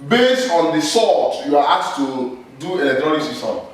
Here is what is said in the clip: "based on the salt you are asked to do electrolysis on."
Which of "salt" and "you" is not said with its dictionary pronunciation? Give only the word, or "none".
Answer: salt